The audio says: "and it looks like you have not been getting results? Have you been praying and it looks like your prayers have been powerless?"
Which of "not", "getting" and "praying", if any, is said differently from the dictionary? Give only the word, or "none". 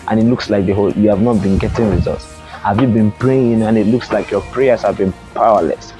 none